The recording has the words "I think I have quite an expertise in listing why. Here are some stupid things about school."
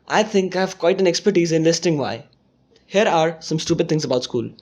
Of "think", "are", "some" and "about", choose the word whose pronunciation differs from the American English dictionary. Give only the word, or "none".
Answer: think